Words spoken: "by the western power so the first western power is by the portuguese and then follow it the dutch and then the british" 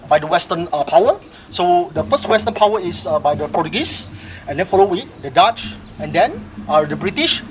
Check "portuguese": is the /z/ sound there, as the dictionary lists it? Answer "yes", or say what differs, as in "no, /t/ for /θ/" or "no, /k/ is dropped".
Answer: no, /s/ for /z/